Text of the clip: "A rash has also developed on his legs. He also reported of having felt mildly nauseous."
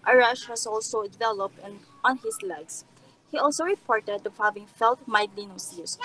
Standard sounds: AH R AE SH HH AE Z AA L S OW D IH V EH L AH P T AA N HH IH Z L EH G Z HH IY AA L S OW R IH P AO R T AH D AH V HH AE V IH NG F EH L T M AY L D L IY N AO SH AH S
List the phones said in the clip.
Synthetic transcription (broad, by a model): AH R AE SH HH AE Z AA L S OW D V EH L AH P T AA N HH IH S L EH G S HH IY AA L S OW R IH P AO R T AH D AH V HH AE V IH NG F EH L T M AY D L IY N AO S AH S